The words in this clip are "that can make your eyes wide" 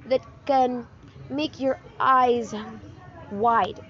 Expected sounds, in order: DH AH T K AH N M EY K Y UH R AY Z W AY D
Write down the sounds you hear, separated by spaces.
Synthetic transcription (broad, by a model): DH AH T K AH N M EY K Y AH R AY Z W AY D